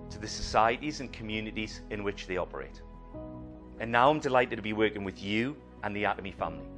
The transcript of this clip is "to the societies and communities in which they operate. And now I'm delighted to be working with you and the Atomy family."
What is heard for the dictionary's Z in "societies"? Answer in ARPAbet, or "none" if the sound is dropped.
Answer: Z